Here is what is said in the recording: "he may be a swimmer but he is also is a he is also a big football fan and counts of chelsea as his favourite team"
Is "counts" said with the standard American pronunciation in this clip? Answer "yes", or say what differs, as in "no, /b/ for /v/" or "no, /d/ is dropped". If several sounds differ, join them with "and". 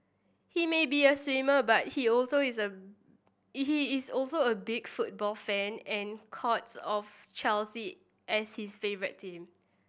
no, /n/ is dropped